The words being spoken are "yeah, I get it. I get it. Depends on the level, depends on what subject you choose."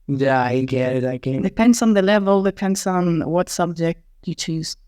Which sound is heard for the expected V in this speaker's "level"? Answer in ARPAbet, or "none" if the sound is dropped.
V